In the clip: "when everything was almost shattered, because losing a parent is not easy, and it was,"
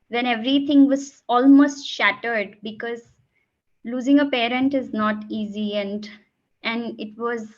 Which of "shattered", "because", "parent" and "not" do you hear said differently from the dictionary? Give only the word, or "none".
none